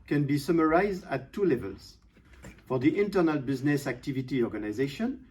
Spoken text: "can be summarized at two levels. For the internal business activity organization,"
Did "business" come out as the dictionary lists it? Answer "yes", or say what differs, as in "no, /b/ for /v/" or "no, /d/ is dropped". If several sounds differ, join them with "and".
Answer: yes